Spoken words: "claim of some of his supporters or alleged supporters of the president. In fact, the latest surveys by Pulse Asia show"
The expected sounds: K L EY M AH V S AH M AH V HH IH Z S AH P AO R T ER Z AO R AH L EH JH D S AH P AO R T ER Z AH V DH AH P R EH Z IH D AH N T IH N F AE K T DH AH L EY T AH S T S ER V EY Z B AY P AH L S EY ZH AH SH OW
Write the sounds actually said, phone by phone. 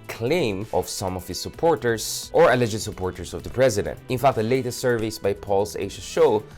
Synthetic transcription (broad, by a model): K L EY M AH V S AH M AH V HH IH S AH P AO R T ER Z AO R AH L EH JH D S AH P AO R T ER S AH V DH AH P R EH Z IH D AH N T IH N F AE K T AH L EY T AH S T S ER V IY S B AY P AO L S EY SH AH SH OW